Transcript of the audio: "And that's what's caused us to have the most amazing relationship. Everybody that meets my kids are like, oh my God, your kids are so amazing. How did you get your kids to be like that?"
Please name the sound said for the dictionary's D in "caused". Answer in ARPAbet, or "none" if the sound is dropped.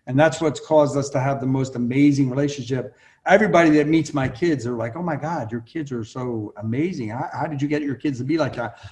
D